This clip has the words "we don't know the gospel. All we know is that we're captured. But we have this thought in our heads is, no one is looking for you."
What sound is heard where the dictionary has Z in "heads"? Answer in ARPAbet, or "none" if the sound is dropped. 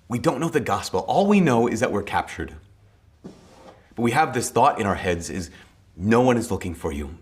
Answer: Z